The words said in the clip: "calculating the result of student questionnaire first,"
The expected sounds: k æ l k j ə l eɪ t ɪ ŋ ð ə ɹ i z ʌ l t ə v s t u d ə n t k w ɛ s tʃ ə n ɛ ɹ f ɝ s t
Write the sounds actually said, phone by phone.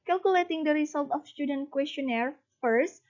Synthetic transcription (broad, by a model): k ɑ l k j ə l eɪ t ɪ ŋ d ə ɹ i s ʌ l t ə f s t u d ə n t k w ɛ s tʃ ə n ɛ ɹ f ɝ s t